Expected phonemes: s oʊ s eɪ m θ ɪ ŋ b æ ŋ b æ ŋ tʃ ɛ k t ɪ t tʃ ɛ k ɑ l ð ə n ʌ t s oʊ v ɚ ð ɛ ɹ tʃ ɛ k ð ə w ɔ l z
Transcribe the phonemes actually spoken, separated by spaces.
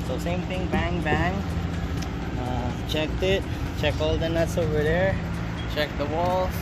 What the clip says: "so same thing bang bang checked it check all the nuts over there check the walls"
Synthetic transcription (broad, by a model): s oʊ s eɪ m t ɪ ŋ b æ ŋ b æ ŋ tʃ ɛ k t ɪ t tʃ ɛ k ɑ l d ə n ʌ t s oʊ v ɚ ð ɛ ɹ tʃ ɛ k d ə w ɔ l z